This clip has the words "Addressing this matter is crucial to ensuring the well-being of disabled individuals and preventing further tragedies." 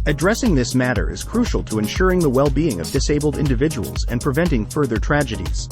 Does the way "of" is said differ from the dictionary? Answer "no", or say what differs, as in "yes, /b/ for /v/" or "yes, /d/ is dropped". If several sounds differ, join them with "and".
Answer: no